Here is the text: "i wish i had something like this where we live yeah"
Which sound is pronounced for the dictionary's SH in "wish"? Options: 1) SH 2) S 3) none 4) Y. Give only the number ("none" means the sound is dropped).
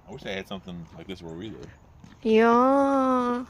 2